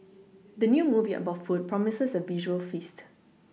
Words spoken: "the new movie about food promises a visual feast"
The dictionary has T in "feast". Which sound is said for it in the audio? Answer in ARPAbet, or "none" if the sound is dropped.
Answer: T